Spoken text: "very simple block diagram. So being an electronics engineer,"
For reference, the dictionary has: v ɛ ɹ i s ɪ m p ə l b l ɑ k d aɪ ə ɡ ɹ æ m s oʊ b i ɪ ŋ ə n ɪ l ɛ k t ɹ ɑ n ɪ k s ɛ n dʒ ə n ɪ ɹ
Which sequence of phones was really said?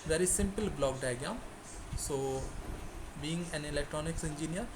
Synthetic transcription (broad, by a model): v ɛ ɹ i s ɪ m p ə l b l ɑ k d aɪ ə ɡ ɑ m s oʊ b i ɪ ŋ ə n ɪ l ɛ k t ɹ ɑ n ɪ k s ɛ n dʒ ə n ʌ ɹ